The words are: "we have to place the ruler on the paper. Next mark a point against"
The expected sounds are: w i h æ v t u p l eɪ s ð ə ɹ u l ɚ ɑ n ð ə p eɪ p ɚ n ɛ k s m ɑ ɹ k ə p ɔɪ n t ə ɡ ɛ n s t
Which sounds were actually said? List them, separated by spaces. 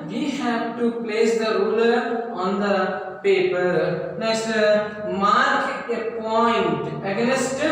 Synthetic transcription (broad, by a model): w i h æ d t u p l eɪ s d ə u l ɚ ɑ n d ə p eɪ p ɚ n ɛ s m ɑ ɹ k ə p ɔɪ n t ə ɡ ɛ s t